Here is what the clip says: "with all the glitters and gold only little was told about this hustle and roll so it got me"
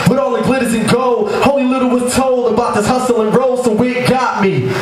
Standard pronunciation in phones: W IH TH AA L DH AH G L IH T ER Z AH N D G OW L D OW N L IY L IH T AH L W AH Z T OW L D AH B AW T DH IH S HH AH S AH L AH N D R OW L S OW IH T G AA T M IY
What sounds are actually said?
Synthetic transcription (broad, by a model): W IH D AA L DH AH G L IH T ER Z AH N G OW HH OW L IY L IH T L W AH Z T OW L D AH B AW T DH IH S HH AH S AH L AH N R OW L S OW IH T G AA T M IY